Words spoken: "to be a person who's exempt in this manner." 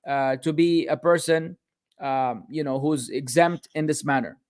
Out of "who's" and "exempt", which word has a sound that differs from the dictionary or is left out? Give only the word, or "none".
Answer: none